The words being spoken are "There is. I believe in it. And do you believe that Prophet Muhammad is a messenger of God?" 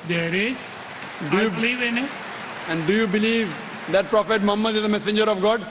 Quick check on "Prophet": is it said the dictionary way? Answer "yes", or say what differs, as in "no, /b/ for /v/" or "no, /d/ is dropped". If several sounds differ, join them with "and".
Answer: yes